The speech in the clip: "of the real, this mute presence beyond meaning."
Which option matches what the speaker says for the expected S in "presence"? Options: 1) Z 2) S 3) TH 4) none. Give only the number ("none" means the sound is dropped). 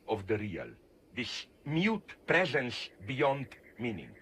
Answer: 2